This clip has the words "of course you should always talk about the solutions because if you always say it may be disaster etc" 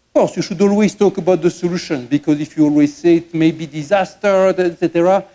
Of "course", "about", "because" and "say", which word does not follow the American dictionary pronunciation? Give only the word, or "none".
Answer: none